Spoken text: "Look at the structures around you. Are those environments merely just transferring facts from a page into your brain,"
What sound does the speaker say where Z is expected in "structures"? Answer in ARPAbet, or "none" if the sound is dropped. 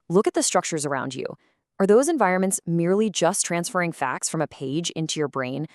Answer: Z